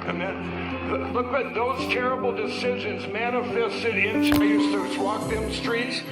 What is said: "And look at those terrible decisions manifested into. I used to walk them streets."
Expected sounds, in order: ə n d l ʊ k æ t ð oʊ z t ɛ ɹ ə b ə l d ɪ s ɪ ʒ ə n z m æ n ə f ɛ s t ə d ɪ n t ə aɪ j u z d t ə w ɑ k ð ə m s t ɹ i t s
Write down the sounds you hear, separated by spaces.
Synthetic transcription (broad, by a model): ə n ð l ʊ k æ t ð oʊ z t ɛ ɹ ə b l d ɪ s ɪ ʒ ə n z m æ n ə f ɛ s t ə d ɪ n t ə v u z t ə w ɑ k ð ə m s t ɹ i t s